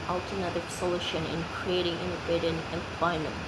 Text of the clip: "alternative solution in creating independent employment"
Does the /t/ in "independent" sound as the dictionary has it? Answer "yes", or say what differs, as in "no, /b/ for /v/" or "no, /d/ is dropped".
no, /t/ is dropped